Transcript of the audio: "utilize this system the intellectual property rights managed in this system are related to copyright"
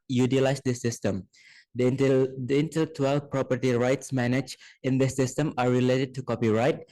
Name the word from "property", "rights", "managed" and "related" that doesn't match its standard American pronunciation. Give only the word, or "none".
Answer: managed